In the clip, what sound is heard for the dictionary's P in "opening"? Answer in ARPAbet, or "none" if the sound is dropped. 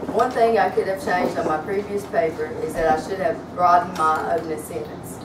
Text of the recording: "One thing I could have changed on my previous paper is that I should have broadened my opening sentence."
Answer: none